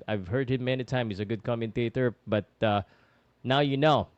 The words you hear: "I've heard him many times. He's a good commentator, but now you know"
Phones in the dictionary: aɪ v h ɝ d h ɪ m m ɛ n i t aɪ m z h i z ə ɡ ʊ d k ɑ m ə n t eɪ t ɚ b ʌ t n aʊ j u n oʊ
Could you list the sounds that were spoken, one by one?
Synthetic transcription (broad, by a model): aɪ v h ɝ d h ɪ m m ɛ n i t aɪ m h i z ə ɡ ʊ d k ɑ m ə n t eɪ t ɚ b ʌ t n aʊ j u n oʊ